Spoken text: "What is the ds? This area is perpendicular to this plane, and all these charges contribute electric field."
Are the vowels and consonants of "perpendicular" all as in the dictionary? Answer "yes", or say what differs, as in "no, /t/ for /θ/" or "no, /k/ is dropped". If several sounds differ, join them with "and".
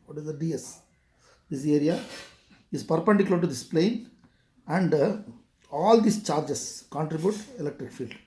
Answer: no, /n/ is dropped